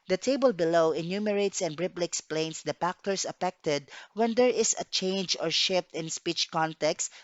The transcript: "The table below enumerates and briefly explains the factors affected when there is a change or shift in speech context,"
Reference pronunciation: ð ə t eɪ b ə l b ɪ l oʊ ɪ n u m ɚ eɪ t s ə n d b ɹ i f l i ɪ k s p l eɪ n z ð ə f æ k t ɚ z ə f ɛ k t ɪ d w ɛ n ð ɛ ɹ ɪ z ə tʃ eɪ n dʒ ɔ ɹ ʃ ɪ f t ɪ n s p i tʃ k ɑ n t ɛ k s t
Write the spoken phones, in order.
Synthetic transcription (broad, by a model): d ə t eɪ b ə l b ɪ l oʊ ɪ n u m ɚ eɪ t s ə n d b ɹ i p l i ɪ k s p l eɪ n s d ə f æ k t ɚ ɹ ə f ɛ k t ɪ d w ɛ n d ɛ ɹ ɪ s ə tʃ eɪ n dʒ ɔ ɹ ʃ ɪ f t ɪ n s p i tʃ k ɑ n t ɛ k s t